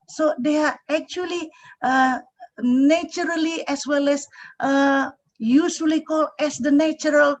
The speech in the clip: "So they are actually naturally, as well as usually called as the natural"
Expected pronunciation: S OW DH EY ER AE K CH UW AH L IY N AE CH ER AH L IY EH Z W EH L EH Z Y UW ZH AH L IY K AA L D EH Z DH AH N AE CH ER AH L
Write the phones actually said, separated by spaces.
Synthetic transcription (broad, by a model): S OW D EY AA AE K CH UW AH L IY N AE CH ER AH L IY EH S W EH L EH S Y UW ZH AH L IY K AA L EH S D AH N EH CH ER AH L